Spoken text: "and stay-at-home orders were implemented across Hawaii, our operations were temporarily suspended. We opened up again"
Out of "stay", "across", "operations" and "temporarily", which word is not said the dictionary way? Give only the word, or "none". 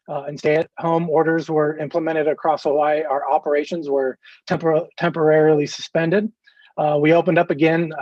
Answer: none